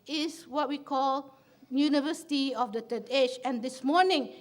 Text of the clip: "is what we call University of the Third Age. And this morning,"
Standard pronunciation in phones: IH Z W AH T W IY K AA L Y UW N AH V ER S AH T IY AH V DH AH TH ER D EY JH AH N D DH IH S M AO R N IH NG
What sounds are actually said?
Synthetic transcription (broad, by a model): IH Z W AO T W IY K AA L Y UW N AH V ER S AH T IY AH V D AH T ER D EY CH AH N D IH S M AO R N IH NG